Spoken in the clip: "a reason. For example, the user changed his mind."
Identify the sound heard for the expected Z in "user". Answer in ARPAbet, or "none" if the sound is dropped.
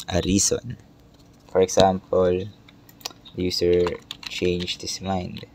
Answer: S